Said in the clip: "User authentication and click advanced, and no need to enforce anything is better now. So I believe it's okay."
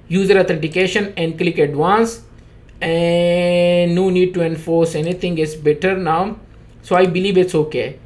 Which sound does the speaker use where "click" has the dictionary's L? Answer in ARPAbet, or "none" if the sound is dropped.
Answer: L